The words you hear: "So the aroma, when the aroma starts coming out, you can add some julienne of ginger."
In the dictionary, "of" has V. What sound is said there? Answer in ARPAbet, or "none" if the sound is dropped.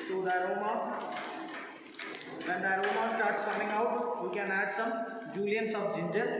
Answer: B